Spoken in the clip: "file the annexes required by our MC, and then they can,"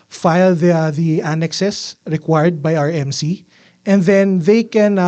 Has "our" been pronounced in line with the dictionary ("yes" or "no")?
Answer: yes